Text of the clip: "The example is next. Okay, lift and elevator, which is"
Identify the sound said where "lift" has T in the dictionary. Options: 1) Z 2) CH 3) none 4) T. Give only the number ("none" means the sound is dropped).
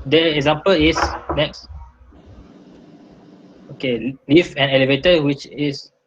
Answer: 3